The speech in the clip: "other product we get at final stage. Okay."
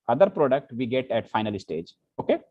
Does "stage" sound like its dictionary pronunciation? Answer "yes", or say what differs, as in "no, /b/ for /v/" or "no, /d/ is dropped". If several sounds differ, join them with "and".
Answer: yes